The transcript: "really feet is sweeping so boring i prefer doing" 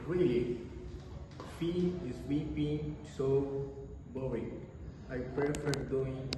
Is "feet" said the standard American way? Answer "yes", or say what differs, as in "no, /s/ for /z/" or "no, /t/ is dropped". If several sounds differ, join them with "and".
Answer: no, /t/ is dropped